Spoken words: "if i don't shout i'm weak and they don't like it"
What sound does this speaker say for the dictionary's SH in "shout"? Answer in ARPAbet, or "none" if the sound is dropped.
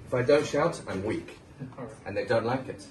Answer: SH